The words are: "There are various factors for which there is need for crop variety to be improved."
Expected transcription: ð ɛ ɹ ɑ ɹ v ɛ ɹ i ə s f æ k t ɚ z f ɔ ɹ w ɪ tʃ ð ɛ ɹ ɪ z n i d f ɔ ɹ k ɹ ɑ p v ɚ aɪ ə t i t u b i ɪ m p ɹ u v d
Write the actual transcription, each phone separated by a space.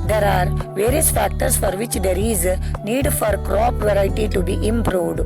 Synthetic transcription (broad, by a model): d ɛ ɹ ɑ ɹ v ɛ ɹ i ə s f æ k t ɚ s f ɔ ɹ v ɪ tʃ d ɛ ɹ ɪ z n i d f ɔ ɹ k ɹ ɑ p v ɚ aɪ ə t i t u b i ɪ m p ɹ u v d